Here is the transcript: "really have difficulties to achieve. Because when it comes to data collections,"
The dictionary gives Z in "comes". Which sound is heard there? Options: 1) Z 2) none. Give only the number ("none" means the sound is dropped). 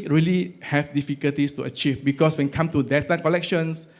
2